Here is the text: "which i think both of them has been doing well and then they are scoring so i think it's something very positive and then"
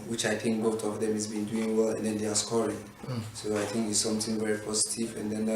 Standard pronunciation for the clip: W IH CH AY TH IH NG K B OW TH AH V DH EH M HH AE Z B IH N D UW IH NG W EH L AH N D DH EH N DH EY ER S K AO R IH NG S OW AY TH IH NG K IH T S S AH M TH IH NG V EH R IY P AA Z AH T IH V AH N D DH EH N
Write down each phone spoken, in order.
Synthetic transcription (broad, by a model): W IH CH AY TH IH NG K B OW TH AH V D EH M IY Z B IH N D UW IH NG W EH L AH N D EH N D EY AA S K AO R IH NG S OW AY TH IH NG K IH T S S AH M T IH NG V EH R IY P AA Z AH T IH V AH N D EH N